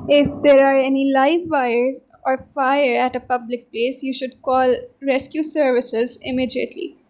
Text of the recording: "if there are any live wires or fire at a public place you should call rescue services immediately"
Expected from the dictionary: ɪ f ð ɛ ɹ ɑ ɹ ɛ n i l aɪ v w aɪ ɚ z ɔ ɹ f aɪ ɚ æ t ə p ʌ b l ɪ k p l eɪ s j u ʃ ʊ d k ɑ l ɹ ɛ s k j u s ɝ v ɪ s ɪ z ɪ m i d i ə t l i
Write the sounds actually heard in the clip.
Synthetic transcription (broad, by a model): ɪ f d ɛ ɹ ɑ ɹ ɛ n i l aɪ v aɪ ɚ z ɔ ɹ f aɪ ɚ æ t ə p ʌ b l ɪ k p l eɪ s j u ʃ ʊ d k ɑ l ɹ ɛ s k j u s ɝ v ɪ s ɪ z ɪ m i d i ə t l i